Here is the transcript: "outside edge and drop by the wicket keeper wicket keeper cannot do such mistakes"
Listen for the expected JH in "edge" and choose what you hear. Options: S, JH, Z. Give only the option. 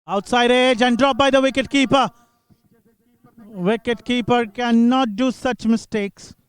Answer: JH